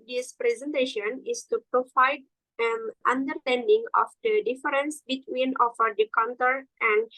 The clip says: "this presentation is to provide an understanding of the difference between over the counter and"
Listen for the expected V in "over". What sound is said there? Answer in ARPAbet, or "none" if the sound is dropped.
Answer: F